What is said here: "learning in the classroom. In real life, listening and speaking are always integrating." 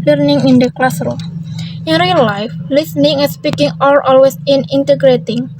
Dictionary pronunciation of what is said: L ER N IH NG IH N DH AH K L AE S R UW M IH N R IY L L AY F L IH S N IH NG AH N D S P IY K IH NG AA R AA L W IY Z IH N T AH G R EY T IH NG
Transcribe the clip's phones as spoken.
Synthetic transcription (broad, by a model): L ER N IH NG IH N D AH K L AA S R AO IH N R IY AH L AY F L IH S N IH NG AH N S P IY K IH NG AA L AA L W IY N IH N T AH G R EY T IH NG